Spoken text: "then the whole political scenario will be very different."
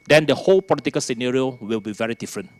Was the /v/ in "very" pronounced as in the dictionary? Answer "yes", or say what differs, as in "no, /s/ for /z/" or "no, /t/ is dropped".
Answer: yes